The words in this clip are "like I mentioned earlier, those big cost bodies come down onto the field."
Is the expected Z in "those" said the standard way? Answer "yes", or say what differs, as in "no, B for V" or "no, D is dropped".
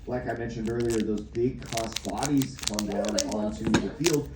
yes